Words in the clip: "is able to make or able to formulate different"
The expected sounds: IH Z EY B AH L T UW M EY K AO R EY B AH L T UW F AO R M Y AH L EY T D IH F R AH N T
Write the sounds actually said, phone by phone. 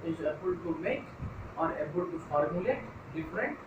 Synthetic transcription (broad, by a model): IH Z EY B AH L T UW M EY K AO R EY B AH L T UW F AO R M Y AH L EY T D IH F R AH N T